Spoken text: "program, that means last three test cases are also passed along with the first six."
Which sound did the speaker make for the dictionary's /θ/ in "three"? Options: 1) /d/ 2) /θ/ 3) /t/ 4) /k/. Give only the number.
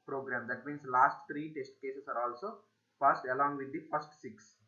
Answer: 3